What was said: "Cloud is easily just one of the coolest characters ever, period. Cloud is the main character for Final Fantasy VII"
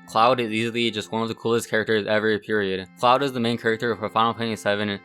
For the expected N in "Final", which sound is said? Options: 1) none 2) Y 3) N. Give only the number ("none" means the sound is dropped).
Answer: 1